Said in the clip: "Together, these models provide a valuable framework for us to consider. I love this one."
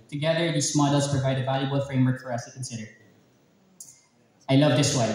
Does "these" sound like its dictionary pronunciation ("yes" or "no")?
no